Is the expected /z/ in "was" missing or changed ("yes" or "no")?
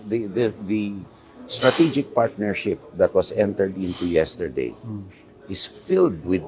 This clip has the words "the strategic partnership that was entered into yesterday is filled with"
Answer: yes